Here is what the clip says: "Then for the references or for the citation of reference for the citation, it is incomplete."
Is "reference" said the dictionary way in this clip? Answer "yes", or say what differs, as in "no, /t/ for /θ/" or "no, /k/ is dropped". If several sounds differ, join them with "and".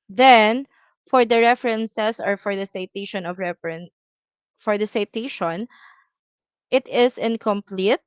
no, /s/ is dropped